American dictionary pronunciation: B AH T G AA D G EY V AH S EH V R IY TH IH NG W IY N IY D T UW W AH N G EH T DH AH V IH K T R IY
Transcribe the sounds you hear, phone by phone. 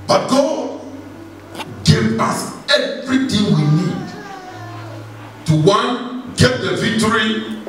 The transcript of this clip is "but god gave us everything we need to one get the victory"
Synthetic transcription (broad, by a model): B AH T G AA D G EY V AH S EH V R IY T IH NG W IY N IY D T UW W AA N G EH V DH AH V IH K T R IY